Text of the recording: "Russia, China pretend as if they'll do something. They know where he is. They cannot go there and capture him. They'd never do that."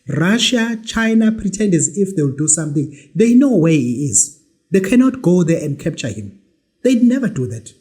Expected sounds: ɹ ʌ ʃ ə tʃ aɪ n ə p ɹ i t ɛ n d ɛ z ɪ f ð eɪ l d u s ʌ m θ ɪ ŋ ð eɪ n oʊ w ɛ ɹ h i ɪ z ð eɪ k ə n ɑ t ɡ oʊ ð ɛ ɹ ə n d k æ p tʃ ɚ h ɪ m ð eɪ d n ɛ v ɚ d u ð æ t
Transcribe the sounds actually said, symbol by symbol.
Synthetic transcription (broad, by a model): ɹ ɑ ʃ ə tʃ aɪ n ə p ɹ i t ɛ n d ɛ z ɪ f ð eɪ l d u s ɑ m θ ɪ ŋ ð eɪ n oʊ w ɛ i ɪ z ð eɪ k ə n ɑ t ɡ oʊ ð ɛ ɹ ə n d k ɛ p tʃ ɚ h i m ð eɪ d n ɛ v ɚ d u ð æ t